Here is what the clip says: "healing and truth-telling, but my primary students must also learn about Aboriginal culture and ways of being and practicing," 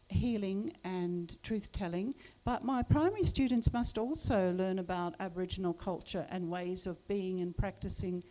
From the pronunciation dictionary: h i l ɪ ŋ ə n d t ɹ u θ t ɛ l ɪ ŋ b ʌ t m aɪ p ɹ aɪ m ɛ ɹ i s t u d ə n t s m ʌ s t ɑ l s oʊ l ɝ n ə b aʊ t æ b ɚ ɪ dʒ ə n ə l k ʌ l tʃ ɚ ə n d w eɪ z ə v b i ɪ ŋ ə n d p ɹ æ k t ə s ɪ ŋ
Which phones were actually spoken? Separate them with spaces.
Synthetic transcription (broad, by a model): h i l ɪ ŋ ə n t ɹ u θ t ɛ l ɪ ŋ b ʌ t m aɪ p ɹ aɪ m ɛ ɹ i s t u d n t s m ʌ s t ɑ l s oʊ l ɝ n ə b aʊ t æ b ɚ ɪ dʒ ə n l k ʌ l tʃ ɚ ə n w eɪ z ə v b i ɪ ŋ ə n p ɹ æ k t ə s ɪ ŋ